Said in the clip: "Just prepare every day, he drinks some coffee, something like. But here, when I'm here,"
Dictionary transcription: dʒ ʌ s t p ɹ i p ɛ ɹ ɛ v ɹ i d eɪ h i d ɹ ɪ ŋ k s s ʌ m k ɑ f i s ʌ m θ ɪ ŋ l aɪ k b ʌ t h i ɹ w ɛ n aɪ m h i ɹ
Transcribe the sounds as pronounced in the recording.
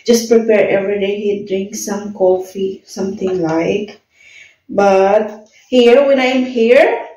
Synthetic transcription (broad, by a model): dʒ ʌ s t p ɹ i p ɛ ɹ ɛ v ɹ i d eɪ h i d ɹ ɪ ŋ k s s ʌ m k ɑ f i s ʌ m t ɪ ŋ l aɪ k b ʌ t h i ɹ w ɛ n aɪ m h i ɹ